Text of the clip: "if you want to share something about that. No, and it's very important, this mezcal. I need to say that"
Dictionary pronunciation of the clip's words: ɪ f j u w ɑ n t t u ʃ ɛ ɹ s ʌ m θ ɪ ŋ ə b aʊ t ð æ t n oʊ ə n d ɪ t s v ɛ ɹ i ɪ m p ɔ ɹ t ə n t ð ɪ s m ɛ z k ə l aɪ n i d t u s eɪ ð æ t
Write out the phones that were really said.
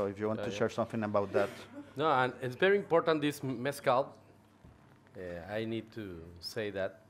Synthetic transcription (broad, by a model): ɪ f j u w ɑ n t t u ʃ ɛ ɹ s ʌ m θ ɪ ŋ ə b aʊ t ð æ t n oʊ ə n ɪ t s v ɛ ɹ i ɪ m p ɔ ɹ t ə n t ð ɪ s m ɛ s k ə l aɪ n i d t u s eɪ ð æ t